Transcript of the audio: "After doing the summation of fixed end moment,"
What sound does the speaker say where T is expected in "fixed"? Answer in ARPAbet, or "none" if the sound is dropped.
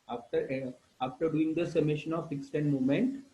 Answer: T